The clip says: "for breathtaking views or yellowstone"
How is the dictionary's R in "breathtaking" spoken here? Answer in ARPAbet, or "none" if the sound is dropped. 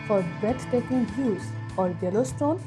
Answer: none